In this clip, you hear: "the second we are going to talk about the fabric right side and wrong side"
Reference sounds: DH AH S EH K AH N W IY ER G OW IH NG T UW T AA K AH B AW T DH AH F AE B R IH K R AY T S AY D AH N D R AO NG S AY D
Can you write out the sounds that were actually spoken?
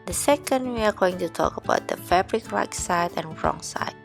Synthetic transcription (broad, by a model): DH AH S EH K AH N W IY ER G OW IH NG T UW T AA K AH B AW T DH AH F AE B R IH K L AY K S AY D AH N R AO NG S AY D